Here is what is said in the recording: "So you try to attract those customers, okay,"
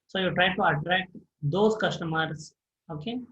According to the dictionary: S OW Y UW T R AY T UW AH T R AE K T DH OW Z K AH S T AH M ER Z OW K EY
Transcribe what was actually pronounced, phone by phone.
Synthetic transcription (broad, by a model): S OW Y UW T R AY T UW AH T R AE K T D OW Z K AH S T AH M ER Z OW K EY